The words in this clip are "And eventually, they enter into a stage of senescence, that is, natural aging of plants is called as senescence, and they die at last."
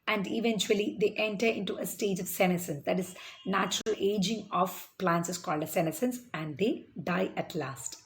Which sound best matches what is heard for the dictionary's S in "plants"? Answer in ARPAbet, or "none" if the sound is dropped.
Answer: S